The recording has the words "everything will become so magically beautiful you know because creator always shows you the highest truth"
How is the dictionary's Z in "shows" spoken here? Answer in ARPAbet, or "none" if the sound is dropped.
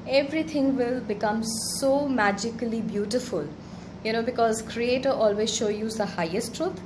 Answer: none